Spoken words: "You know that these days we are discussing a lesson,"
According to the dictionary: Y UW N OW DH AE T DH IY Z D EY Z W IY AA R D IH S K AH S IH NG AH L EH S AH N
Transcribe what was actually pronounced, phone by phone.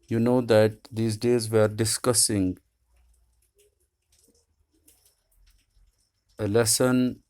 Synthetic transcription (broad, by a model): Y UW N OW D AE T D IY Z D EY Z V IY R D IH S K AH S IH NG AH L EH S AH N